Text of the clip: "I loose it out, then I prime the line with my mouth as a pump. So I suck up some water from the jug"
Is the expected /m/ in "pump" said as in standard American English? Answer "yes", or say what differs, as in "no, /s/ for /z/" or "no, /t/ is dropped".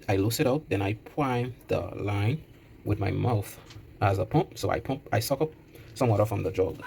yes